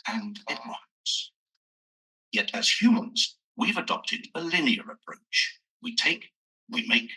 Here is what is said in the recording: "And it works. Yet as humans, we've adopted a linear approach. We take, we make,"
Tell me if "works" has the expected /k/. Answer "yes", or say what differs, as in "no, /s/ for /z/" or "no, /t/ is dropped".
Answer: no, /k/ is dropped